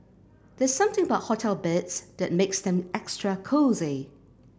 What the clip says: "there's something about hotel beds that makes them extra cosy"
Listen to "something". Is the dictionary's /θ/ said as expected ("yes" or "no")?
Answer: yes